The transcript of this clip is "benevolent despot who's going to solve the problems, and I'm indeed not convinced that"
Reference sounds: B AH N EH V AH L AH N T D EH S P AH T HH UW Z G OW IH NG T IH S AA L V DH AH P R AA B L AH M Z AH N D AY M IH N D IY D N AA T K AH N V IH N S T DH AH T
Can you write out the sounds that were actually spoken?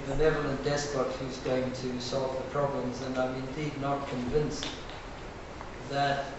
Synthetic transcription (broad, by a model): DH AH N EH V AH L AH N D EH S P AH T HH UW Z G OW IH NG T IH S AA L V DH AH P R AA B L AH M Z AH N AY M IH N D IY D N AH T K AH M V IH N S DH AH T